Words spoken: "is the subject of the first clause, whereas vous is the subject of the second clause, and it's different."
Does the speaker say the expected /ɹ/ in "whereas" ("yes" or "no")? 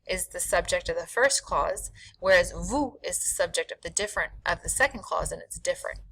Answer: yes